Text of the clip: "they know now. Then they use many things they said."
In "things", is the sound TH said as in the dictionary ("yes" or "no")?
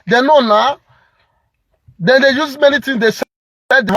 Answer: no